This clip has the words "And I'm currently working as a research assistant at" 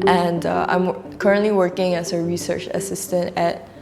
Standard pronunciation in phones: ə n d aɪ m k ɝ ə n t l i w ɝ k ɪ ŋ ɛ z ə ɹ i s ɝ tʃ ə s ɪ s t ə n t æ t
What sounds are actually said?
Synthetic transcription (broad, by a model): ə n d aɪ m k ɝ ə n t l i w ɝ k ɪ ŋ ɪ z ə ɹ i s ɝ tʃ ə s ɪ s t ə n t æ t